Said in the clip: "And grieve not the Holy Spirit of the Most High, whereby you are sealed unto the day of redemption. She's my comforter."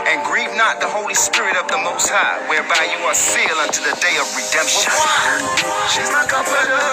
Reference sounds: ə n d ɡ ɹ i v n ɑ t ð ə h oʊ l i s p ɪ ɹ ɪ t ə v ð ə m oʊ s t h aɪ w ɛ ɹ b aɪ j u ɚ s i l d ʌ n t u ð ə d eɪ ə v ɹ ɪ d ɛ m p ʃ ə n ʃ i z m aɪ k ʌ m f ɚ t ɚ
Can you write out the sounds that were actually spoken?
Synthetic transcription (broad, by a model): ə n ɡ ɹ i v n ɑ t ð ə h oʊ l i s p ɪ ɹ ɪ t ə v ð ə m oʊ s t h aɪ w ɛ ɹ b aɪ j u ɚ s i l ʌ n t u ð ə d eɪ ə v ɹ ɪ d ɛ m p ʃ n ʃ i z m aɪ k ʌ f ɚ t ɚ